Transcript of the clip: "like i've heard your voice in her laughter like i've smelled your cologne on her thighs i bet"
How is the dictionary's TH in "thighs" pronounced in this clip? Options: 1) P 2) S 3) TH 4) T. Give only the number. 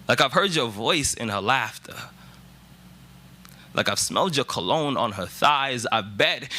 3